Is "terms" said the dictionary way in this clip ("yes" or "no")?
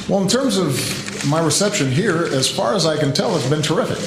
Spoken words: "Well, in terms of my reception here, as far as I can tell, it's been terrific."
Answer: yes